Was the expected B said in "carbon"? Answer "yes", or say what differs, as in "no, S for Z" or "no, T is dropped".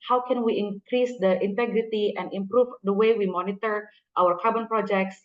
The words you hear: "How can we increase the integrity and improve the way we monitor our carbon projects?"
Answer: yes